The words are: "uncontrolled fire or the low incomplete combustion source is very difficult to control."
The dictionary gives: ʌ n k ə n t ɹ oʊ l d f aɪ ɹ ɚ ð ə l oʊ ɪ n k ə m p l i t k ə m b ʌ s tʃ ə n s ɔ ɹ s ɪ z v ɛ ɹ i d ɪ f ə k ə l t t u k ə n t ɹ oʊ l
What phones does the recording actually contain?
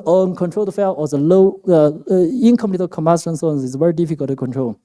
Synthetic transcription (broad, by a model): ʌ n k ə n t ɹ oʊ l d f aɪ l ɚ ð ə l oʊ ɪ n k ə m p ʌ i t k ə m ɑ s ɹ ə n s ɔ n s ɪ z v ɛ ɹ i d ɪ f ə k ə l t t u k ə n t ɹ oʊ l